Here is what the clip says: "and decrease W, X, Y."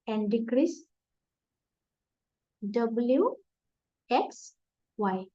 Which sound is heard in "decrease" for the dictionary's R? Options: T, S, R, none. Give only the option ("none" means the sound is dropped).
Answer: R